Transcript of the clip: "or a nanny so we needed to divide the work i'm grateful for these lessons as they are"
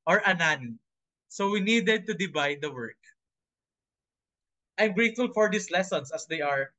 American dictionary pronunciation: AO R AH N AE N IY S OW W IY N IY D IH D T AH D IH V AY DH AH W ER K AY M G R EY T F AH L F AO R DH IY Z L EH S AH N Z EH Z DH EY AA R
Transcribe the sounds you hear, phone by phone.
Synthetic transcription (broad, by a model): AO R AH N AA N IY S OW W IY N IY D IH D T AH D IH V AY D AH W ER K AY M G R EY T F AH L F AO R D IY S L EH S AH N S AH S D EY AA R